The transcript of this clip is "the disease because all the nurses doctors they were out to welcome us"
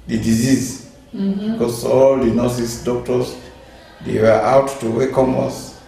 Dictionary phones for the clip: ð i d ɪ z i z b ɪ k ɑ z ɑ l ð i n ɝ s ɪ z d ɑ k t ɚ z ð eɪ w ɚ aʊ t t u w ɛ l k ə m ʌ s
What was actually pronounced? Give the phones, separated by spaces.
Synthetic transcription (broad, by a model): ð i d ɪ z i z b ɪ k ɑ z ɑ l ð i n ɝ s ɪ s d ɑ k t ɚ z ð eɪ w ɚ aʊ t t u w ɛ k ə m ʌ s